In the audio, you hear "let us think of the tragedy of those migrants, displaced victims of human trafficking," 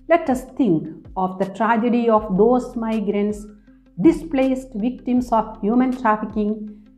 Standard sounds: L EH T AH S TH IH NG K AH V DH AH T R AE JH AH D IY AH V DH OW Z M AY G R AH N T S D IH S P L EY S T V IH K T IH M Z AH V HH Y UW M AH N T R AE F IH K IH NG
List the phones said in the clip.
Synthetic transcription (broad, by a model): L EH T AH S T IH NG K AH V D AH T R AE JH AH D IY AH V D OW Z M AY G R AH N T S D IH S P L EY S T V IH K T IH M S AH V HH Y UW M AH N T R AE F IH K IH NG